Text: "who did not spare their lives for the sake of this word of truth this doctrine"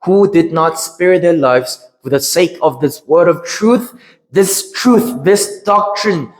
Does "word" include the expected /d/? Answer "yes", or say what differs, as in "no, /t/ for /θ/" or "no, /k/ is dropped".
yes